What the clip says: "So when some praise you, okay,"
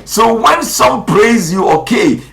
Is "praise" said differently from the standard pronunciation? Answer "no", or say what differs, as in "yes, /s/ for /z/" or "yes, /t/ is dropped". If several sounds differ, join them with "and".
no